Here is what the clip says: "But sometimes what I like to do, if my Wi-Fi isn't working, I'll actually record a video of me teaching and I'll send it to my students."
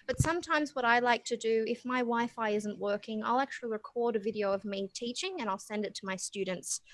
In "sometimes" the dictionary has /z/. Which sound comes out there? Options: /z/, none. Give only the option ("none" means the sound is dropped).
/z/